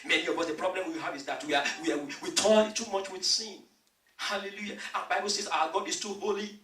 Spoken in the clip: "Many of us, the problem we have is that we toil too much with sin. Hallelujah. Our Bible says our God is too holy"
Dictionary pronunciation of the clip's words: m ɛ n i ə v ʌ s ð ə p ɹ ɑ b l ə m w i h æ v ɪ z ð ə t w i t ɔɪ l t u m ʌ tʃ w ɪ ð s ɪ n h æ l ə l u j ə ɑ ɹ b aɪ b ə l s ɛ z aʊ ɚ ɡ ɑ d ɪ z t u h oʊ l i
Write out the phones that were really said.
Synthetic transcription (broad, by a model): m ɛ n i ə b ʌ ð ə p ɹ ɑ b l ə m w i h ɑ v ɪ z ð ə t w i t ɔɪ n t u m ʌ tʃ w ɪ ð s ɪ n h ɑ l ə l u j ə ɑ b aɪ b ə l s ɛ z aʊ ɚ ɡ ɑ d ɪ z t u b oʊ l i